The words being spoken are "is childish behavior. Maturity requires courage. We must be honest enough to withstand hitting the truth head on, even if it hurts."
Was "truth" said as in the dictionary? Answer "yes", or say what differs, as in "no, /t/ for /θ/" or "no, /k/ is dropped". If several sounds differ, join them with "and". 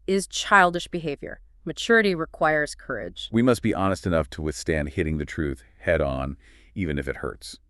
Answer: yes